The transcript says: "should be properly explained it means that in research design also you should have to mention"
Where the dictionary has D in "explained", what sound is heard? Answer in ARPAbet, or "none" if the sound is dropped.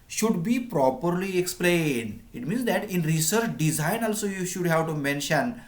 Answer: D